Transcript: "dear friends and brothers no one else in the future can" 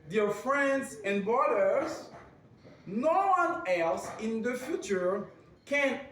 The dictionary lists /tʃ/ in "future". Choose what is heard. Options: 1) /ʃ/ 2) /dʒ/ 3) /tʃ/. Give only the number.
3